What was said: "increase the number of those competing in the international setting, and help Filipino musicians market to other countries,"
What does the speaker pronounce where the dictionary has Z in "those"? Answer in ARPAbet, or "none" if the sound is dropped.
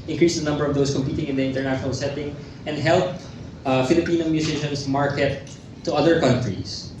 S